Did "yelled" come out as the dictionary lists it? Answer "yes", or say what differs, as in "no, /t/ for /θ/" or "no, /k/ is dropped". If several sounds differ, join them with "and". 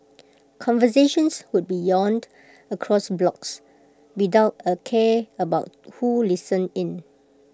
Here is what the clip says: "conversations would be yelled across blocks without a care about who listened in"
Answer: no, /n/ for /l/